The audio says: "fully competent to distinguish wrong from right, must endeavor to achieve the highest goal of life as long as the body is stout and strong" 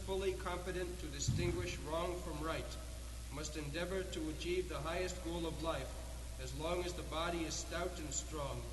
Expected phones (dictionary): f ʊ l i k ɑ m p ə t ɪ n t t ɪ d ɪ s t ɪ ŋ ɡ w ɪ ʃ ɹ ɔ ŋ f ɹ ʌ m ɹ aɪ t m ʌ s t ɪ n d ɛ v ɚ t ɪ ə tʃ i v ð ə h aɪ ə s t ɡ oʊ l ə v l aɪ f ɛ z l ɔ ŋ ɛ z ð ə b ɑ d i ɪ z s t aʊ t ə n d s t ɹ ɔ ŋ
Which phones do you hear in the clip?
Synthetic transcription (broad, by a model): f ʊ l i k ɑ m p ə t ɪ n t t ɪ d ɪ s t ɪ ŋ ɡ w ɪ ʃ ɹ ɔ ŋ f ɹ ʌ m ɹ aɪ t m ʌ s t ɪ n d ɛ v ɚ t ɪ ə tʃ i v ð ə h aɪ ə s t ɡ oʊ l ə v l aɪ f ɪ z l ɔ ŋ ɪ z ð ə b ɑ d i ɪ z s t aʊ t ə n s t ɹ ɔ ŋ